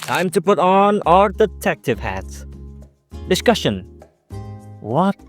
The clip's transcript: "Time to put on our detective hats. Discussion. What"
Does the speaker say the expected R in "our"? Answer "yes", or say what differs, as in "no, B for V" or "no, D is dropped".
no, L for R